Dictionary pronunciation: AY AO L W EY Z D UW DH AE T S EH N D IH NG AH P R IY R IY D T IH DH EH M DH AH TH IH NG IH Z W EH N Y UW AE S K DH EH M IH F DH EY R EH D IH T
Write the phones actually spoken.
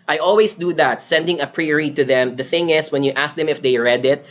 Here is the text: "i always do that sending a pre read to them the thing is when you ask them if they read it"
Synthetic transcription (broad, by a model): AY AO L W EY S D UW DH AE T S EH N D IH NG AH P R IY R IY T IH DH EH M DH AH TH IH NG IH S W EH N Y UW AE S K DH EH M IH F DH EY R EH D IH T